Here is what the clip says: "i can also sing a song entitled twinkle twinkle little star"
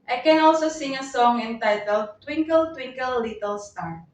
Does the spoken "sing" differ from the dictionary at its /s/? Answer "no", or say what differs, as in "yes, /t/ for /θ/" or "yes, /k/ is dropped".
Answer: no